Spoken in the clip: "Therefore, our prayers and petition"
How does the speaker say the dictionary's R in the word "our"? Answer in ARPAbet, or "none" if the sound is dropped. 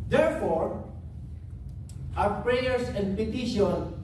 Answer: W